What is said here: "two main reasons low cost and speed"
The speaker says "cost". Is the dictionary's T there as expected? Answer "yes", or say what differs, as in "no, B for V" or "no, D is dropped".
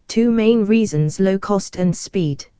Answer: yes